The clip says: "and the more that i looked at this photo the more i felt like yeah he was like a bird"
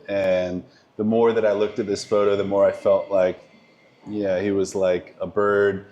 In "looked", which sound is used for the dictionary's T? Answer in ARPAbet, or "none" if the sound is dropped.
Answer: T